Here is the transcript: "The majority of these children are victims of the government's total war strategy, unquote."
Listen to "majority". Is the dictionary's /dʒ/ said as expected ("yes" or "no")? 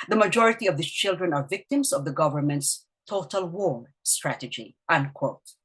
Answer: yes